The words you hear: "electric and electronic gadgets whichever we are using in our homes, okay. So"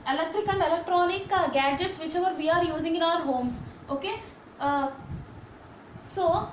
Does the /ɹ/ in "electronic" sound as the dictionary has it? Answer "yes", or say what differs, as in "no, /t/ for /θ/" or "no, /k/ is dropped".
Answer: yes